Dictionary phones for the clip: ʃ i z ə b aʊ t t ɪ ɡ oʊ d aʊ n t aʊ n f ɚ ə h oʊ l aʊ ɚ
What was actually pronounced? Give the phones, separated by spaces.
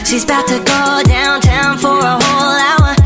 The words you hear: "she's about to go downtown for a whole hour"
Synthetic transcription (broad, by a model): ʃ i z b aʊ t t ɪ ɡ oʊ d aʊ n t aʊ n f ɚ ə h oʊ l aʊ ɚ